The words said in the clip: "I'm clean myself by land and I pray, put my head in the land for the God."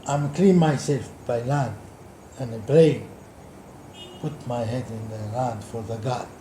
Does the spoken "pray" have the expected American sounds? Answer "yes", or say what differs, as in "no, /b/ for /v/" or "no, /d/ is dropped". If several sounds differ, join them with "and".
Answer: no, /b/ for /p/